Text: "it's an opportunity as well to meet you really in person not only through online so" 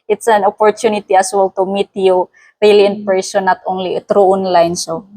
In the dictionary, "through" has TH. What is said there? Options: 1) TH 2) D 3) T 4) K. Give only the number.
3